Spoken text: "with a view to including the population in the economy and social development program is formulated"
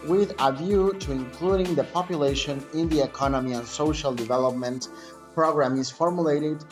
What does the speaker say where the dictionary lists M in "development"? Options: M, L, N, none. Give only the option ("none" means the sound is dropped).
M